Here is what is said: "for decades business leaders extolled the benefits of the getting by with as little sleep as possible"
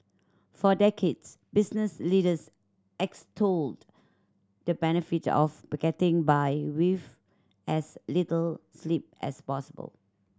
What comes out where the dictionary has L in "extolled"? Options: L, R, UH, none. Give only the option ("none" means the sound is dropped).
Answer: L